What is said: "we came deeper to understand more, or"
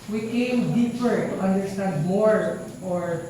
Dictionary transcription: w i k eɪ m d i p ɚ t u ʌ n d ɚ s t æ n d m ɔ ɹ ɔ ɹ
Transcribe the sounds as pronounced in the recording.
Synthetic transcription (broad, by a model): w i k eɪ m d i p ɚ t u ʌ n d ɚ s t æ n d m ɔ ɹ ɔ ɹ